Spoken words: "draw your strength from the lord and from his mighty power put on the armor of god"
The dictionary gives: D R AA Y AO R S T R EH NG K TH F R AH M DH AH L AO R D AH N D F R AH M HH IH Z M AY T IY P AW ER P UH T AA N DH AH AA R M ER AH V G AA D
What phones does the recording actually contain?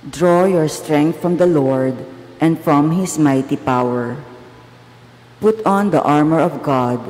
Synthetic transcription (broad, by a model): D R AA Y AO R S T R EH NG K T F R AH M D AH L AO R D AH N D F R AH M HH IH S M AY T IY P AW ER P UH T AA N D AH AA R M ER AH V G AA D